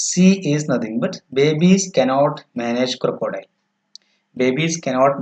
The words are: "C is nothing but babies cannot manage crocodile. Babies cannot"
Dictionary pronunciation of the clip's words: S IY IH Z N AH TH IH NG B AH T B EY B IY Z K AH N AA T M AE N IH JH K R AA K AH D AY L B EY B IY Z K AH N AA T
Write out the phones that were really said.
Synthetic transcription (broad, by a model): S IY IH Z N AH T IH NG B AH T B EY B IY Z K AH N AA T M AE N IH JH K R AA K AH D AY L B EY B IY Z K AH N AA T